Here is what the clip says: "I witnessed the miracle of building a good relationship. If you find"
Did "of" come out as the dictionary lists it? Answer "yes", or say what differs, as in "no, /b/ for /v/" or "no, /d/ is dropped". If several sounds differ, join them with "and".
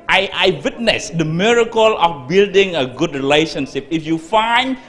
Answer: no, /f/ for /v/